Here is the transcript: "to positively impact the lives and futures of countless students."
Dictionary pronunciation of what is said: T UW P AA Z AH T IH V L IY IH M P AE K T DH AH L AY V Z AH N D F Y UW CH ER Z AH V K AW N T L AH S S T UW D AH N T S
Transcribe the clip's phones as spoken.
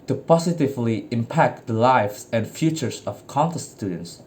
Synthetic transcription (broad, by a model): T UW P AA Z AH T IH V L IY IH M P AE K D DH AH L AY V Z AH N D F Y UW CH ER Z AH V K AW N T AH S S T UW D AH N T S